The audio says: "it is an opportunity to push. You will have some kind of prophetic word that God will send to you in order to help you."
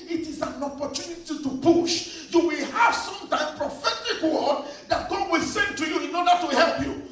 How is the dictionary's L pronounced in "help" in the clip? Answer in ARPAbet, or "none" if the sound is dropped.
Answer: L